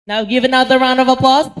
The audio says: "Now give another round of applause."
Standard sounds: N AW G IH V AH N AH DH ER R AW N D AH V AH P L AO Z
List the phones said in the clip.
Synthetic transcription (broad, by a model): N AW G IH V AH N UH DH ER R AW N D AH V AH P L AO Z